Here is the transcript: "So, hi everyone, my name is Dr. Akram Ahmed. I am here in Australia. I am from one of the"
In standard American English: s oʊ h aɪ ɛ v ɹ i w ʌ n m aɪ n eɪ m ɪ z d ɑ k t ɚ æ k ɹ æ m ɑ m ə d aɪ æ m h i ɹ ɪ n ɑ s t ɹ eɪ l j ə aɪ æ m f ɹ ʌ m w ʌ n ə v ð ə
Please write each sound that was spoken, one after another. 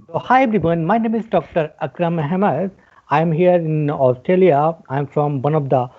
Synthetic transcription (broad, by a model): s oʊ h aɪ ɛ b ɹ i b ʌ n m aɪ n eɪ m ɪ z d ɑ k t ɚ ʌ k ɹ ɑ m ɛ m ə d aɪ m h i ɹ ɪ n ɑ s t ɹ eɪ l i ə aɪ m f ɹ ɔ m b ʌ n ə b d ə